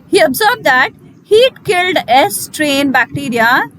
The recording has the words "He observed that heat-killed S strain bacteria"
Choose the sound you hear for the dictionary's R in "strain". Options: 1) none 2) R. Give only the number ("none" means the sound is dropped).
2